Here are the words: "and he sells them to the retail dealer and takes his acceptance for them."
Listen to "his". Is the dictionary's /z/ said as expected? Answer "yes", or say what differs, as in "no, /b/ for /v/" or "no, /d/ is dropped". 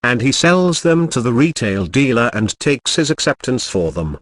yes